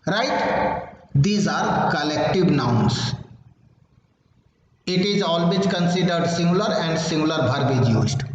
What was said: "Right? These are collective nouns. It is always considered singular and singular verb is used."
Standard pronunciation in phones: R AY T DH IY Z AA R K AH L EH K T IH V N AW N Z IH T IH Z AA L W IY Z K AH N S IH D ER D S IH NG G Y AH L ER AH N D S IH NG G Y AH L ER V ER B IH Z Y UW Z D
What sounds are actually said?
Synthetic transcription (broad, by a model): R AY T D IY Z AA R K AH L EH K T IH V N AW N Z IH T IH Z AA L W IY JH K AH N S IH D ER D S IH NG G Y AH L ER AH N D S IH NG G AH L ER B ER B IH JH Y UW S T